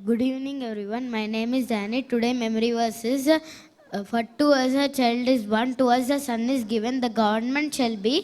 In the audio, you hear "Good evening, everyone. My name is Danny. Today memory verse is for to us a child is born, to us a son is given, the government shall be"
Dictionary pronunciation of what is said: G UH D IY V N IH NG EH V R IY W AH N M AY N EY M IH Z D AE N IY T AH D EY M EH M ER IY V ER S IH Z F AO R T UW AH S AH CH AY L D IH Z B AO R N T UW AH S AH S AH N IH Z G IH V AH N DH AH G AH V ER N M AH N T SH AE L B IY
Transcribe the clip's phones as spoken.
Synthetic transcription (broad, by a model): G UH D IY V N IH NG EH V R IY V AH N M AY N EY M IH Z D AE N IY T AH D EY M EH M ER IY V ER S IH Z F AO R T UW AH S AH CH AY L D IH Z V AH N T UW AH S AH S AH N IH Z G IH V AH N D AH G AH V ER N M AH N T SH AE L B IY